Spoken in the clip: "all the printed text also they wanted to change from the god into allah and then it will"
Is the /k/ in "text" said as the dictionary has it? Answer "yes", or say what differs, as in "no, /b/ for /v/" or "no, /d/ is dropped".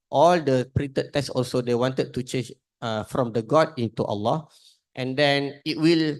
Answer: no, /k/ is dropped